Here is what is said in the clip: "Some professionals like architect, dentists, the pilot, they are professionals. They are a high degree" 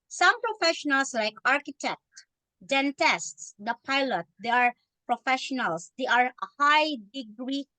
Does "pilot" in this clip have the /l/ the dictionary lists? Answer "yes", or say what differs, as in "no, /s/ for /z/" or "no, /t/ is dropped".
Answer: yes